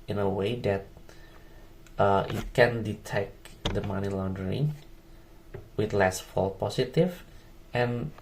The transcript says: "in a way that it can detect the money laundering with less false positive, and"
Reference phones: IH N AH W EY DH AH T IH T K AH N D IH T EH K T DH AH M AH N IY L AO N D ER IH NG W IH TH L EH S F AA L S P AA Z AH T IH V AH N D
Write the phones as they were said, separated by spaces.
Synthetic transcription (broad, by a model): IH N AH W EY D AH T IH T K AH N D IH T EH K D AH M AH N IY L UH N D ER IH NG W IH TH L EH S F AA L P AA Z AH T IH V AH N